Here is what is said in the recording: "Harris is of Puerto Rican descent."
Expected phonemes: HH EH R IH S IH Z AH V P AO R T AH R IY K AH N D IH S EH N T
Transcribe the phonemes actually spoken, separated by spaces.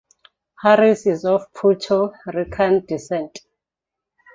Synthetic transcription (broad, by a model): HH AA R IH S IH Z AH F P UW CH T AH R IY K AH N D IH S EH N T